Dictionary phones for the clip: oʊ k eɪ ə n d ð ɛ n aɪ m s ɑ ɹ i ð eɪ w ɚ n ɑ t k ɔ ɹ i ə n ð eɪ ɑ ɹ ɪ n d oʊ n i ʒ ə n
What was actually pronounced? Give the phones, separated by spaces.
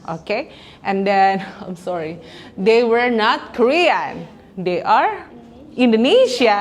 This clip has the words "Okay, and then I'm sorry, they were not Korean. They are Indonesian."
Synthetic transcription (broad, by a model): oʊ k eɪ ə n d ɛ n aɪ m s ɑ ɹ i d eɪ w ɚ n ɑ t k ɔ ɹ i ə n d eɪ ɑ ɹ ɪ n d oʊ n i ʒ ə